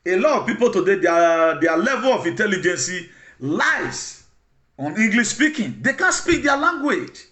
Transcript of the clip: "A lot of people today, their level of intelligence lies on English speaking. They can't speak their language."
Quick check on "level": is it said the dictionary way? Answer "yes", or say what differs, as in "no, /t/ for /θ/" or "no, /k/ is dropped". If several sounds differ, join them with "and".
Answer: yes